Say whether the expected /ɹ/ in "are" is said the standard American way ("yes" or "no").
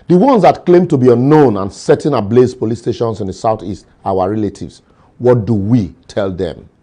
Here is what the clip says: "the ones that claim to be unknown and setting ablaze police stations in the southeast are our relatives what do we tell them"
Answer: no